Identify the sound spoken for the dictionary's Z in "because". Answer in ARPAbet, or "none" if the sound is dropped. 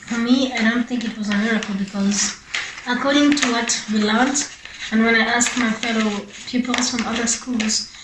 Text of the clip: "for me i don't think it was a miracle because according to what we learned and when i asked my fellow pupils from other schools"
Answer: Z